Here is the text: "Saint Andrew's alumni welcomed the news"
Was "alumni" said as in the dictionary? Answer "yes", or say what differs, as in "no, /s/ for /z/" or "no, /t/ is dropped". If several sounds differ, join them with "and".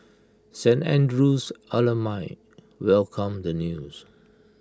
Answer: no, /n/ is dropped